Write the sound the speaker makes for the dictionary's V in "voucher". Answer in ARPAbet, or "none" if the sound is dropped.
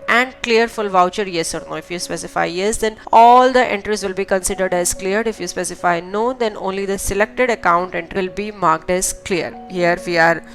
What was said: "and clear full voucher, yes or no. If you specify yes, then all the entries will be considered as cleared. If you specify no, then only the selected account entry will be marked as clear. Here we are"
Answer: V